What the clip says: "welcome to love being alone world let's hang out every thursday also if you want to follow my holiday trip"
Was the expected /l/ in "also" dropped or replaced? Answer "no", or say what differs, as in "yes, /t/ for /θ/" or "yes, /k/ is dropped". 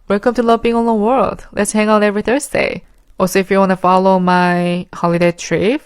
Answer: yes, /l/ is dropped